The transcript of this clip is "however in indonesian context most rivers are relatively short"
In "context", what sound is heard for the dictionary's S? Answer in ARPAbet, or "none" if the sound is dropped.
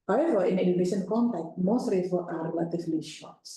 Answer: none